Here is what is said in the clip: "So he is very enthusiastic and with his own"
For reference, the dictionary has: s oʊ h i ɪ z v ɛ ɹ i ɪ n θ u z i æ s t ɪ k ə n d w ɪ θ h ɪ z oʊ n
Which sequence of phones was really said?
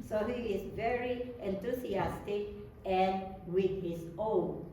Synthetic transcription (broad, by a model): s oʊ h i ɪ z v ɛ ɹ i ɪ n t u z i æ s t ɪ k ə n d w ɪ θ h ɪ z oʊ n